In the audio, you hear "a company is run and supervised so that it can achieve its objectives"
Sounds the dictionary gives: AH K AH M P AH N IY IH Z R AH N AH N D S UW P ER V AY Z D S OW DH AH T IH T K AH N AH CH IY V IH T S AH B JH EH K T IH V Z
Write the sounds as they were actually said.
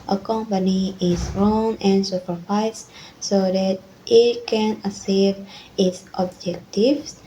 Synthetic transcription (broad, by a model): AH K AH M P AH N IY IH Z R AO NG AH N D S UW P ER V AY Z S OW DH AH T IH T K AH N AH S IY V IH T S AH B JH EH K T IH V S